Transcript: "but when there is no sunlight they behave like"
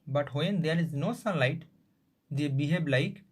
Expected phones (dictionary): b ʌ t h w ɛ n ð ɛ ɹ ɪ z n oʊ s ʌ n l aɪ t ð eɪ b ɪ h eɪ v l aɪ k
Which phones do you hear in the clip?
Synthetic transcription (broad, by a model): b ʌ t h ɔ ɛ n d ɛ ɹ ɪ z n oʊ s ʌ n l aɪ t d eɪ b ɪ h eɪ b l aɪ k